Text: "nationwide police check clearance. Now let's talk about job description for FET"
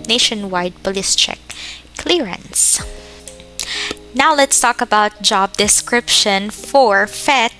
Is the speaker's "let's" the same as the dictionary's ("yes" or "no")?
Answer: yes